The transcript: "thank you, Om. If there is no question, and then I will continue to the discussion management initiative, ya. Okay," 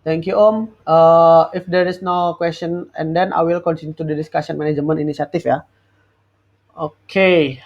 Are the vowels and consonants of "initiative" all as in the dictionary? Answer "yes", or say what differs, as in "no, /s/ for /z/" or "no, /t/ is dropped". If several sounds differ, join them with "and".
no, /s/ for /ʃ/ and /f/ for /v/